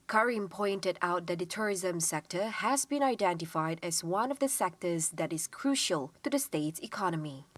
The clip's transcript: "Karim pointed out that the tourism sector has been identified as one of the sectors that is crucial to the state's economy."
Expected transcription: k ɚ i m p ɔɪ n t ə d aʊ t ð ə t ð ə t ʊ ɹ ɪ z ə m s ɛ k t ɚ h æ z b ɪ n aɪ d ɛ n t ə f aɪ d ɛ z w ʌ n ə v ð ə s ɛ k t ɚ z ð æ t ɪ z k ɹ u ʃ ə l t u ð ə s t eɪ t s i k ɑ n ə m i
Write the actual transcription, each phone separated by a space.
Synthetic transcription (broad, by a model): k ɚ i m p ɔɪ n t ə d aʊ t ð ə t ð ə t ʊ ɹ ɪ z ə m s ɛ k t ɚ h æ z b ɪ n aɪ d ɛ n t ə f aɪ d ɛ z w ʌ n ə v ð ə s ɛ k t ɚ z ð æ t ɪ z k ɹ u ʃ ə l t u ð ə s t eɪ t s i k ɑ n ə m i